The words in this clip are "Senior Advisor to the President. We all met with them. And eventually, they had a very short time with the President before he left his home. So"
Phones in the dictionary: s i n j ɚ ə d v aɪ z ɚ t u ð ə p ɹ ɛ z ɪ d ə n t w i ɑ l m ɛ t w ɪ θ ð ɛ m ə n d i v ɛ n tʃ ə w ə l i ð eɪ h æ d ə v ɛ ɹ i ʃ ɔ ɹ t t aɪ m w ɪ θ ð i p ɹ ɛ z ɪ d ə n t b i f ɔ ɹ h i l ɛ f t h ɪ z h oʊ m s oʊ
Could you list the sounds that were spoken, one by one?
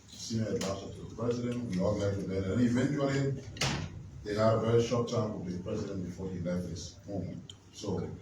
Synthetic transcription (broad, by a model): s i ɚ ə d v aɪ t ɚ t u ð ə p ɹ ɛ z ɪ d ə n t w i ɑ l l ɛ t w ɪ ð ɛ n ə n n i v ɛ n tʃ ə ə l i ð eɪ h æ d ə v ɛ ɹ i ʃ ɔ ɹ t t aɪ m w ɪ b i p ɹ ɛ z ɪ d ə n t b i f ɔ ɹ h i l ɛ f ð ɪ s h oʊ m s oʊ